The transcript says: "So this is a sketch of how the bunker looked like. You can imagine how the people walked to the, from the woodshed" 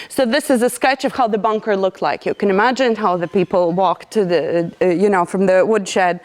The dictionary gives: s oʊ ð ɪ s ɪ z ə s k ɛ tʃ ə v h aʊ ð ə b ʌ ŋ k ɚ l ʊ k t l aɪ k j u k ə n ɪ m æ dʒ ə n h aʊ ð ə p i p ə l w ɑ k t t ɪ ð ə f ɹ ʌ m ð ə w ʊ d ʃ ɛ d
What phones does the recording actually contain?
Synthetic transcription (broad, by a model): s oʊ ð ɪ s ɪ z ə s k ɛ tʃ ə v h aʊ ð ə b ʌ ŋ k ɚ l ʊ k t l aɪ k j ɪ k ə n ɪ m æ dʒ ə n h aʊ ð ə p i p l w ɑ k t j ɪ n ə f ɹ ʌ m ð ə w ʊ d ʃ ɛ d